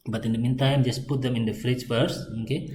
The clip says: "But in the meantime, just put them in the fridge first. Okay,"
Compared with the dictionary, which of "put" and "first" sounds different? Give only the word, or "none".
first